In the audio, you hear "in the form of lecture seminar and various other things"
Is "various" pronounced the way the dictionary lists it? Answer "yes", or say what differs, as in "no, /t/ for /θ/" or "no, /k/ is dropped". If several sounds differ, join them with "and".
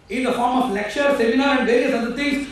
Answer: yes